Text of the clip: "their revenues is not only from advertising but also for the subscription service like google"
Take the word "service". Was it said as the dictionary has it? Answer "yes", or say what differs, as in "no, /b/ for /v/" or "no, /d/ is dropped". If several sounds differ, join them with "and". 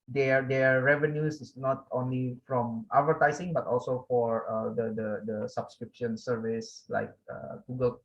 yes